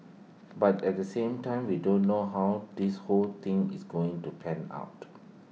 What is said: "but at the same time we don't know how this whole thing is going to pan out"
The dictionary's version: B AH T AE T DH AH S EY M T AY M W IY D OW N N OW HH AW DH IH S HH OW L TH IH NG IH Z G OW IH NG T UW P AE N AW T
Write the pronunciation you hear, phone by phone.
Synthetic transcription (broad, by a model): B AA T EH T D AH S EY M T AY M W IY D OW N N OW HH AW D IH S HH OW L T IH NG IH S G OW IH NG T UW P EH N AW T